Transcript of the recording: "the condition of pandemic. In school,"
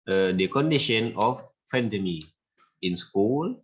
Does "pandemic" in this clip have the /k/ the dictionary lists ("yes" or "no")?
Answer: no